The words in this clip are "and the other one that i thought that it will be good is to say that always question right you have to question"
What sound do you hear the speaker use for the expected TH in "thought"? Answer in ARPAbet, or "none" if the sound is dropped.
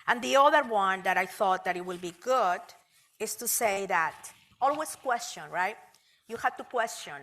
TH